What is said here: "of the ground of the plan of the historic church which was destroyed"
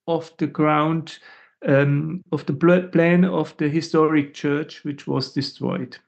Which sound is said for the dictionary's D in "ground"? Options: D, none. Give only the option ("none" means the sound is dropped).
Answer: D